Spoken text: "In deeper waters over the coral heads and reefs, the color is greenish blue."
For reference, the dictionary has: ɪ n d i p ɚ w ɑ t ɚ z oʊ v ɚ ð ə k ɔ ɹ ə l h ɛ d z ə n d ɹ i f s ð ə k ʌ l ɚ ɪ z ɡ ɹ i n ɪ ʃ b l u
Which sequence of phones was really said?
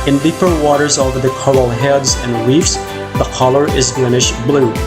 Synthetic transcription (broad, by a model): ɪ n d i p ɚ w ɑ t ɚ z oʊ v ɚ ð ə k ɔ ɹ l h ɛ d z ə n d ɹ i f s ð ə k ʌ l ɚ ɪ z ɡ l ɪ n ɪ ʃ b l u